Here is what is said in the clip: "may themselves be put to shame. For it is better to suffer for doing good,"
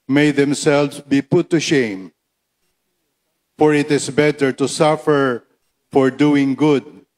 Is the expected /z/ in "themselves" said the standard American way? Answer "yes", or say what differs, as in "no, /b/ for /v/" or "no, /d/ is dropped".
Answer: no, /s/ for /z/